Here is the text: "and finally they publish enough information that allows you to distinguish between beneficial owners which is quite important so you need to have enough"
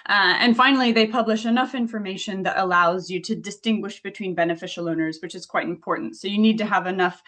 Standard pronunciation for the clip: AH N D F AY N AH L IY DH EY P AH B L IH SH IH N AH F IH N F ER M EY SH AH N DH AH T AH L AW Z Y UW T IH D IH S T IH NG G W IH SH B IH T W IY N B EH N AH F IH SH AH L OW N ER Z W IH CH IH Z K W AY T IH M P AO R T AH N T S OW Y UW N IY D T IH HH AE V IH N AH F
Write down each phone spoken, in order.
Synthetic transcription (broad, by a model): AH N F AY N L IY DH EY P AH B L IH SH IH N AH F IH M F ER M EY SH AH N DH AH T AH L AW Z Y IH T IH D IH S T IH NG G W IH SH B IH T W IY N B EH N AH F IH SH L OW N ER Z W IH CH IH Z K W AY T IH M P AO R T N T S OW Y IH N IY D T IH V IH N AH F